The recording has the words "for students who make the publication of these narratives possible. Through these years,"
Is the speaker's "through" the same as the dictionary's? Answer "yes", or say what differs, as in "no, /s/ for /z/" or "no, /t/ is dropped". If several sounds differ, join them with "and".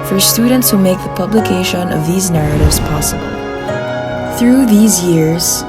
yes